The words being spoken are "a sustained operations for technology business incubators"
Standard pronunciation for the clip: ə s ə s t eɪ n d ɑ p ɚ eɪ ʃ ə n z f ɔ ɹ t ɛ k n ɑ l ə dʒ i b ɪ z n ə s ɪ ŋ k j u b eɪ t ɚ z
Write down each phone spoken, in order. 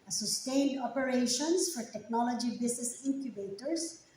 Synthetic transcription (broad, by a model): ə s ə s t eɪ n d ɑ p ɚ eɪ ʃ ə n s f ɔ ɹ t ɛ k n ɑ l ə dʒ i b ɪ s n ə s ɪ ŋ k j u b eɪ t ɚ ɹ